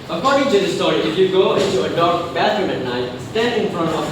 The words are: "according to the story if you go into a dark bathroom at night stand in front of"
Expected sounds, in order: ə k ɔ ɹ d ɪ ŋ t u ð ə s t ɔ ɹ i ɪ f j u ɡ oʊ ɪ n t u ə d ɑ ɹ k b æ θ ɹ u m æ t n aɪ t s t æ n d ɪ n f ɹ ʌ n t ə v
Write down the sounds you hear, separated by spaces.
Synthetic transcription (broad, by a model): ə k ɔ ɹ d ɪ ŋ t u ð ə s t ɔ ɹ i ɪ f j u ɡ oʊ ɪ n t u ə d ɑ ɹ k b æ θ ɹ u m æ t n aɪ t s t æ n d ɪ n f ɹ ʌ n t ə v